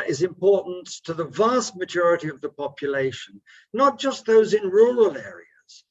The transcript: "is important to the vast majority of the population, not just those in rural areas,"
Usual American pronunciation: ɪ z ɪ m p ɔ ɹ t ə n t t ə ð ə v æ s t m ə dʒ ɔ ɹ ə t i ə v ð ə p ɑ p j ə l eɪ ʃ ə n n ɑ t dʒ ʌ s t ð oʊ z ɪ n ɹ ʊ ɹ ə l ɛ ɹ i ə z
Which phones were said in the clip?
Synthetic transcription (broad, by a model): ɪ z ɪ m p ɔ ɹ t n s t ə ð ə v æ s t m ə dʒ ɔ ɹ ə t i ə v ð ə p ɑ p j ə l eɪ ʃ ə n n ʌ t dʒ ʌ s t ð oʊ z ɪ n ɹ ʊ ɹ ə l ɛ ɹ i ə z